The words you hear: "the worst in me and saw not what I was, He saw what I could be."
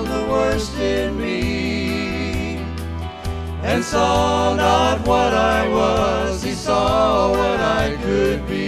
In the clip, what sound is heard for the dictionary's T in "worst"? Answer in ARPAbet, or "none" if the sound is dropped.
T